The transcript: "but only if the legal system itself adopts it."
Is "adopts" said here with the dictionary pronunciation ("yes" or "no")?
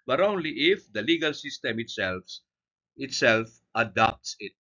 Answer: yes